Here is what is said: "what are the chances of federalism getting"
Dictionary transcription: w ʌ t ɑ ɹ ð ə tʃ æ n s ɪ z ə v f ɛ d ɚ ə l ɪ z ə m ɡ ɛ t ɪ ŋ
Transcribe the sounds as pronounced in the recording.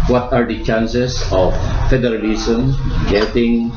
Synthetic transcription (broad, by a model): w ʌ t ɑ ɹ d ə tʃ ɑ n s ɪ s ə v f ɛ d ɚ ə l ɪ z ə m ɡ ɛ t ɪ ŋ